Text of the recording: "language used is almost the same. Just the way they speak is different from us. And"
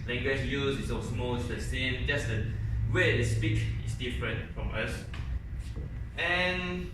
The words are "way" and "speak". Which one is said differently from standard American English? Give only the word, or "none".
none